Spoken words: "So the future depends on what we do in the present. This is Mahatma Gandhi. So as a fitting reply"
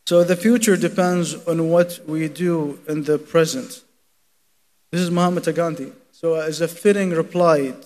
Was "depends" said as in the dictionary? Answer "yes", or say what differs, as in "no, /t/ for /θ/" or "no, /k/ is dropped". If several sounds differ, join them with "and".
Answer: yes